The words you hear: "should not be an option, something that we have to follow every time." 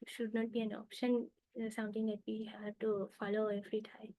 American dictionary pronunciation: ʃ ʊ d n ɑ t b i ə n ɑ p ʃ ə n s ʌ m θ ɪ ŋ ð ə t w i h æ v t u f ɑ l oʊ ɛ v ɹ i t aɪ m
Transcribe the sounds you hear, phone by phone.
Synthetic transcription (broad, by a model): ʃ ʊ d n ɑ t b i ə n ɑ p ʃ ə n s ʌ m t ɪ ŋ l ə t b i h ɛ t u f ɑ l oʊ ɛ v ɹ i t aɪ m